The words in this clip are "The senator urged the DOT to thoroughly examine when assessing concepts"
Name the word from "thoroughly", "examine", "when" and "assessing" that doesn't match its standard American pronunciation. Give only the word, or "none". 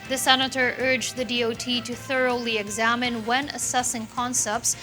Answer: none